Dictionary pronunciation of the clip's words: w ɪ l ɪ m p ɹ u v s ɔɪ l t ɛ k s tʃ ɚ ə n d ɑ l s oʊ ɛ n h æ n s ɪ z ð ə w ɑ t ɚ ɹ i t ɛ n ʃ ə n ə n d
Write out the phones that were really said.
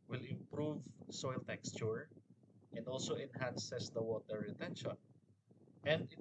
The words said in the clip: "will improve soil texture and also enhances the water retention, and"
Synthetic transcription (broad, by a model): w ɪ l ɪ m p ɹ u v s ɔɪ l t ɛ k s tʃ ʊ ə n d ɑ l s oʊ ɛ n h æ n s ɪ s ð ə w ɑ t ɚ ɹ i t ɛ n ʃ ə n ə n d